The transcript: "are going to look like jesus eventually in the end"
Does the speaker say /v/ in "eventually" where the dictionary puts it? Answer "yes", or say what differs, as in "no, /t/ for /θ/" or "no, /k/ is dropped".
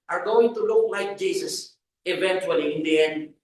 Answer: yes